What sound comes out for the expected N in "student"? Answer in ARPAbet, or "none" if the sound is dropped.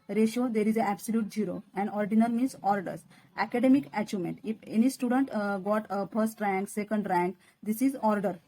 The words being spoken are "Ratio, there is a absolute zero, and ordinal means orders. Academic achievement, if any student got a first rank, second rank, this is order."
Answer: N